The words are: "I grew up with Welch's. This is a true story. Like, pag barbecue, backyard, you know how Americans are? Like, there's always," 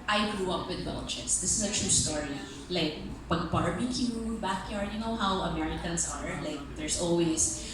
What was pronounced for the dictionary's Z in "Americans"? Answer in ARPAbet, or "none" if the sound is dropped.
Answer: S